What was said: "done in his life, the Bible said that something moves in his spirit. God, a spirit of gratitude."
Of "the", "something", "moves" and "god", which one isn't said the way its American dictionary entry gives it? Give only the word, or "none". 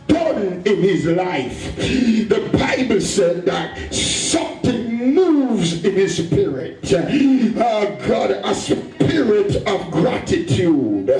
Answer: none